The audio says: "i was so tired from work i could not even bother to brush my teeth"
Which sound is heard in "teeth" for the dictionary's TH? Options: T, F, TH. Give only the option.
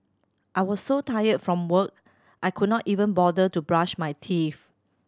F